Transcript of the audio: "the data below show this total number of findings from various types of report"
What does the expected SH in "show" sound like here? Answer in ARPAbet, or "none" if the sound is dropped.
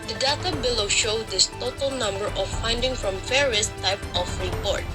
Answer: SH